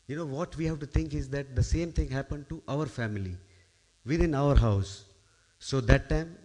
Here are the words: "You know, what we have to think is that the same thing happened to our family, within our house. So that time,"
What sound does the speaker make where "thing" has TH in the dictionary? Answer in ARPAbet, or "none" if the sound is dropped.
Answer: T